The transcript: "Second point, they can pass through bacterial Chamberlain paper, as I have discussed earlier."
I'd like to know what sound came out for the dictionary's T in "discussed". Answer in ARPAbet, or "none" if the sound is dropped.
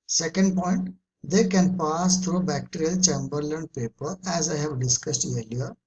T